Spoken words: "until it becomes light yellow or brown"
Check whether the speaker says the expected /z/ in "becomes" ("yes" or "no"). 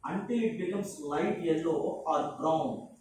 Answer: no